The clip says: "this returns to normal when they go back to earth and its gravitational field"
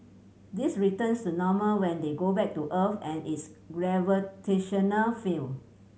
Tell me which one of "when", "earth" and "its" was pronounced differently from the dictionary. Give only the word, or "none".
earth